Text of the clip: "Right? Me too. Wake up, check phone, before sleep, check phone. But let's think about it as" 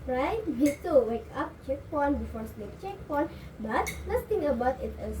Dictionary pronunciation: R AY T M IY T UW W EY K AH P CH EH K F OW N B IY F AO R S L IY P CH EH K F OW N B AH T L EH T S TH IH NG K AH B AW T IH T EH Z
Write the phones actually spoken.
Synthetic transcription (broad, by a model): R AY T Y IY T UW W EY K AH P CH EH K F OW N B IY F AO R S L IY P CH EH K P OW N B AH T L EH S T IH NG AH B AW T IH T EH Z